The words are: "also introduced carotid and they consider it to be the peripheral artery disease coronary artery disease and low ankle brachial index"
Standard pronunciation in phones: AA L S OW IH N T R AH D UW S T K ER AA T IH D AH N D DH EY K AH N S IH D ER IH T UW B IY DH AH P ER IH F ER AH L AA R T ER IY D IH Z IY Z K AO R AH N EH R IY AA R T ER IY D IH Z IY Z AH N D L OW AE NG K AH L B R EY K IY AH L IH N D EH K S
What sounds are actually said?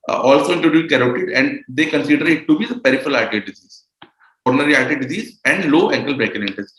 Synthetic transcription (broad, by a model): AA L S OW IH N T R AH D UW T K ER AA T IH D AH N D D EY K AH N S IH D ER IH T UW B IY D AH P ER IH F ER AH L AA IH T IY D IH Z IY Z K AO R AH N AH R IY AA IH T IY D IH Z IY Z AH N D L OW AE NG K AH L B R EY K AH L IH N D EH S